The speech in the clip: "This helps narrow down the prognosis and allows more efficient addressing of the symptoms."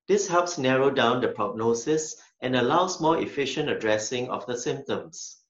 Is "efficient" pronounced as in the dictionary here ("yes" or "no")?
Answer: yes